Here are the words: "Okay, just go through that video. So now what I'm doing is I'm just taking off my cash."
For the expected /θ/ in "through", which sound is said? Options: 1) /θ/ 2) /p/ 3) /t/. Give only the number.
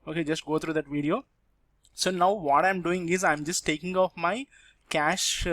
3